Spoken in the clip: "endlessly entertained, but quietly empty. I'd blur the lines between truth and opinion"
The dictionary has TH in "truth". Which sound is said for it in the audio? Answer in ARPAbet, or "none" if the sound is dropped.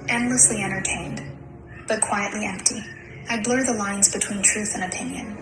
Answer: TH